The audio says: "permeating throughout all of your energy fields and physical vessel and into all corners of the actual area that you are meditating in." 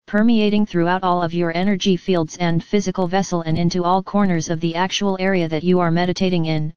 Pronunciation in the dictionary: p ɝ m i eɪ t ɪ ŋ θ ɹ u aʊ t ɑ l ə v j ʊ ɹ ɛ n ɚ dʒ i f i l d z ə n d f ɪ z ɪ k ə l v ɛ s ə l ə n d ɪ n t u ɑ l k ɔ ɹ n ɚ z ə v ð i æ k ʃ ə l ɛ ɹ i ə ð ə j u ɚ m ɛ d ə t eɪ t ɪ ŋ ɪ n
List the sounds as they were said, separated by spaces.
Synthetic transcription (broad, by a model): p ɝ m i eɪ t ɪ ŋ θ ɹ u aʊ t ɑ l ə v j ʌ ɹ ɛ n ɚ dʒ i f i l d z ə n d f ɪ z ɪ k ə l v ɛ s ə l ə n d ɪ n t u ɑ l k ɔ ɹ n ɚ z ə v ð i æ k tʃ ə l ɛ ɹ i ə ð ə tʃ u ɚ m ɛ d ə t eɪ t ɪ ŋ ɪ n